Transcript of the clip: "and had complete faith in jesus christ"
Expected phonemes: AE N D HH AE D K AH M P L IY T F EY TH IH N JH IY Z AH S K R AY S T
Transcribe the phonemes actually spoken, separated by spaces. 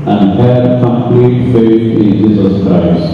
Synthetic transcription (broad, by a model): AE N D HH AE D K AH M P L IY T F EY S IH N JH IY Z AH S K R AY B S